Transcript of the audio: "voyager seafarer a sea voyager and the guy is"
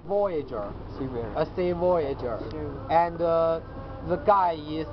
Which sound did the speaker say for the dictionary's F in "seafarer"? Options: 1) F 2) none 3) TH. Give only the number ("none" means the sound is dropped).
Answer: 2